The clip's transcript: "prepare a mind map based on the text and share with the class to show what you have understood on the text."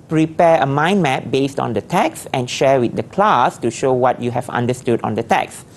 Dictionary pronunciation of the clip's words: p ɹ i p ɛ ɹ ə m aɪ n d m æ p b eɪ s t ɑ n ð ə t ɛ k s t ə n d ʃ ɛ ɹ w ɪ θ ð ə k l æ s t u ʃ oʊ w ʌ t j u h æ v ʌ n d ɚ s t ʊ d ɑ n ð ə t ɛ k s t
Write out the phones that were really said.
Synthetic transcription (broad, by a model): p ɹ i p ɛ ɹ ə m aɪ n m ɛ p b eɪ s t ɑ n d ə t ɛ k s ə n ʃ ɛ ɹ w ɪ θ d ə k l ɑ s t u ʃ oʊ w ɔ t j u h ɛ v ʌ n d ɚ s t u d ɑ n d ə t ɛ k s